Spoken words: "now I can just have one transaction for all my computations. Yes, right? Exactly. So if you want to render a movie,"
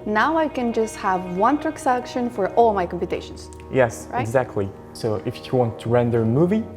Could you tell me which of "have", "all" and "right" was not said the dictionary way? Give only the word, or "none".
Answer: right